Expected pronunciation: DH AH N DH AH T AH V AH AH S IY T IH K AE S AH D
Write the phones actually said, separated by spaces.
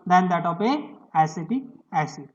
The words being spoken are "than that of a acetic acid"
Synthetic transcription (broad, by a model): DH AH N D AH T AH P AH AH S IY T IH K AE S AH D